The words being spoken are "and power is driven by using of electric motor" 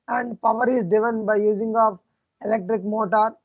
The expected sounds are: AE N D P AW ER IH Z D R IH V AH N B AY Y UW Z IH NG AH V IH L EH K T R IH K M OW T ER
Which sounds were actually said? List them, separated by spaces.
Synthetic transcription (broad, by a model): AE N D P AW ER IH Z D IH V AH N B AY Y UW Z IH NG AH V IH L EH K T R IH K M OW T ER